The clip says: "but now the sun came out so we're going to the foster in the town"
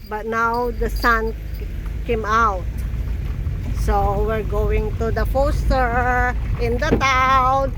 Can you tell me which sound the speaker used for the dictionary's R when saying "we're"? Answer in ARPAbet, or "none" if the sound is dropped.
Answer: R